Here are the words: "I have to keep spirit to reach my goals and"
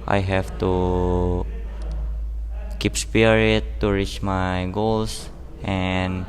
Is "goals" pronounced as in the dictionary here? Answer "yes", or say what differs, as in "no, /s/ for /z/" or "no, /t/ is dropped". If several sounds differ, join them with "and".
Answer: no, /s/ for /z/